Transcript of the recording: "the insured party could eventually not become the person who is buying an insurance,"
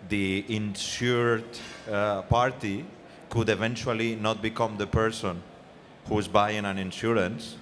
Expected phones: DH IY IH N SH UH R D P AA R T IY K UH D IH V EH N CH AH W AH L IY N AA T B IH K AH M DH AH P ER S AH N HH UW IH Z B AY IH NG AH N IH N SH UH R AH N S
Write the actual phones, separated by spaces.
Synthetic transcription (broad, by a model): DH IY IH N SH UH R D P AA R T IY K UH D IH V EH N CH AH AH L IY N AA T B IH K AH M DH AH P ER S AH N HH UW IH Z B AY IH NG AH N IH N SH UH R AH N S